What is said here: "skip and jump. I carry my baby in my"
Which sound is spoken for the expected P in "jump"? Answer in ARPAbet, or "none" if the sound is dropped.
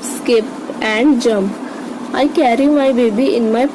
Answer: none